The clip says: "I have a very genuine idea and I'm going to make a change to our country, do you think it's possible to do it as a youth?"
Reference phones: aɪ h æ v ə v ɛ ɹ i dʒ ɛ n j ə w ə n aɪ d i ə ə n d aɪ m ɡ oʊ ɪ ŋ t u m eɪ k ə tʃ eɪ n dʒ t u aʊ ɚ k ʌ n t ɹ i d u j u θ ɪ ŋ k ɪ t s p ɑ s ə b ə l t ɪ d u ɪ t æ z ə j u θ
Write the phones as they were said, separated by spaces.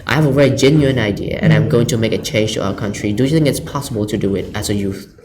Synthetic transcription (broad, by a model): aɪ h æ v ə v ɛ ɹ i dʒ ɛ n j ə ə n aɪ d i ə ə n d aɪ m ɡ oʊ ɪ ŋ t u m eɪ k ə tʃ eɪ n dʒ t u aʊ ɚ k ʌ n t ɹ i d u j u θ ɪ ŋ k ɪ t s p ɑ s ə b ə l t ɪ d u ɪ t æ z ə j u θ